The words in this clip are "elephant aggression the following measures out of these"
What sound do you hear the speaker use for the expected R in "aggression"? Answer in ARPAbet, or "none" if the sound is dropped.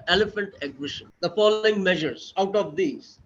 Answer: W